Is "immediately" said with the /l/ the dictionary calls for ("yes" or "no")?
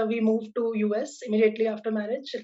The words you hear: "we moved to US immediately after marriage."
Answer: yes